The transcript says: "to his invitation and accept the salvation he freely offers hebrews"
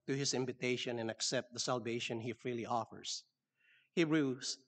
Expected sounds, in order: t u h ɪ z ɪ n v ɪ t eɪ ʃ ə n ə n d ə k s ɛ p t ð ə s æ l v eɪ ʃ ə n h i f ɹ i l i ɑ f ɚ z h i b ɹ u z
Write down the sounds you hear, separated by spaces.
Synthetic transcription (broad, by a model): t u h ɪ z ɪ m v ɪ t eɪ ʃ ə n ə n ə k s ɛ p t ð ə s æ l v eɪ ʃ ə n h i f ɹ i l i ɑ f ɚ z h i ɹ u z